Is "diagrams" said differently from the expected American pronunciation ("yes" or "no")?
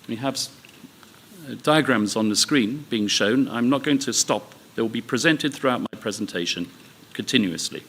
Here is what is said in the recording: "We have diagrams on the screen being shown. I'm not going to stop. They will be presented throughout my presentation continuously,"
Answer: no